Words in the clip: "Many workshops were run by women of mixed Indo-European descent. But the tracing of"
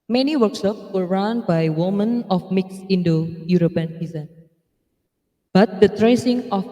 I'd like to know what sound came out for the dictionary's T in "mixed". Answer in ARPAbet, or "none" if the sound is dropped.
none